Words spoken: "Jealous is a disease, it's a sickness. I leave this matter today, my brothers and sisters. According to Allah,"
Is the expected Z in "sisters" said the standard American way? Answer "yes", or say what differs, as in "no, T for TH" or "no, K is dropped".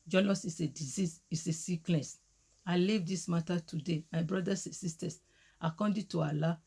no, S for Z